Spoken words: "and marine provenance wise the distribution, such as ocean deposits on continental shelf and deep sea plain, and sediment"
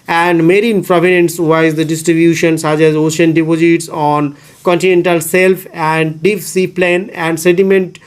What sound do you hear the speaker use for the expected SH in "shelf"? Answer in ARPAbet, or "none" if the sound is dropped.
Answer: S